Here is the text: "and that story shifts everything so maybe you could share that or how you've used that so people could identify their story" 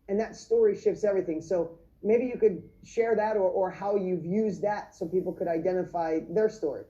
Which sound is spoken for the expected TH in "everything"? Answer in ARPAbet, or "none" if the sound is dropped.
TH